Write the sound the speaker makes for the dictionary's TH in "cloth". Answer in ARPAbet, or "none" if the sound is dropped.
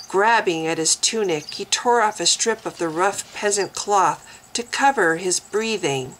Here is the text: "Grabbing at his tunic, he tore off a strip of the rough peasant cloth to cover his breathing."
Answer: TH